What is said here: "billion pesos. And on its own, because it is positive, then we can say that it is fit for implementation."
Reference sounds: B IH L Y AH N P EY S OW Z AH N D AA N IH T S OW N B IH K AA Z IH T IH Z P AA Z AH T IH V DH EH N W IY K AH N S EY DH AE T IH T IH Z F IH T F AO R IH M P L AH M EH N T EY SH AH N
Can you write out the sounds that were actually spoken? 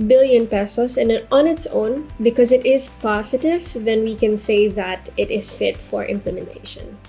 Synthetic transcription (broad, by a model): B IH L Y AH N P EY S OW S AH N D AA N IH T S OW N B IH K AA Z IH T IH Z P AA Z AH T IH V DH EH N W IY K AH N S EY DH AE T IH T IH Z F IH T F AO R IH M P L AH M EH N T EY SH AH N